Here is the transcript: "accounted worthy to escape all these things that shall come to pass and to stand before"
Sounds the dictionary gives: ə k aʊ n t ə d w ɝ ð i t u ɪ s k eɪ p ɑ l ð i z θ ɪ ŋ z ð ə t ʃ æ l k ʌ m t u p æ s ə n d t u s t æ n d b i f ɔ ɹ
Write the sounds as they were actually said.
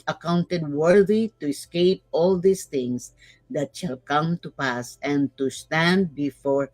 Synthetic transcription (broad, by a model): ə k aʊ n t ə d w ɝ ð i t u ɪ s k eɪ p ɑ l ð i s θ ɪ ŋ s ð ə t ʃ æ l k ʌ m t u p æ s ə n t u s t æ n d b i f ɔ ɹ